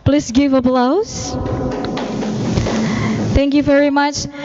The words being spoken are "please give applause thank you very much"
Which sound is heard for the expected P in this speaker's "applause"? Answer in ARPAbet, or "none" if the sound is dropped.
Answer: B